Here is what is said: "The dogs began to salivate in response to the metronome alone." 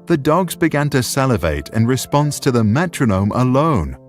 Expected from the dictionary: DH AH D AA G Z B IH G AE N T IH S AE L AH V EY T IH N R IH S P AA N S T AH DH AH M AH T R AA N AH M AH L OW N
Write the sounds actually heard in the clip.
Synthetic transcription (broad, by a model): DH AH D AA G Z B IH G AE N T IH S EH L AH V EY T IH N R IH S P AA N S T AH DH AH M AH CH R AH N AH M AH L OW N